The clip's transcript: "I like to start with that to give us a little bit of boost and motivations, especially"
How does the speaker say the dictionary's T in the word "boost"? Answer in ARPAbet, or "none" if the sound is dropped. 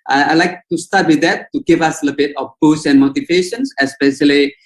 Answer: none